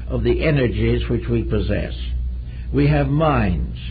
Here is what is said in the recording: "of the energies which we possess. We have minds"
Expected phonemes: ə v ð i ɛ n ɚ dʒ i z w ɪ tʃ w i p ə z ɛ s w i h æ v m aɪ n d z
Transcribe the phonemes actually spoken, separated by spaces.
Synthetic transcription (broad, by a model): ə v ð i ɛ n ɚ dʒ i z w ɪ tʃ w i p ə z ɛ s w i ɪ v m aɪ n d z